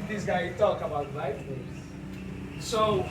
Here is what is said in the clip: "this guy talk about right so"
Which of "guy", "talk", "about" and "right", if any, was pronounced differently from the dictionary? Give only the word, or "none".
right